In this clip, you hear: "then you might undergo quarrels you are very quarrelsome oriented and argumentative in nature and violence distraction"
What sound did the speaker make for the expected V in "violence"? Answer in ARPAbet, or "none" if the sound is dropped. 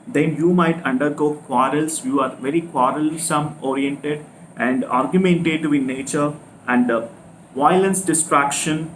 V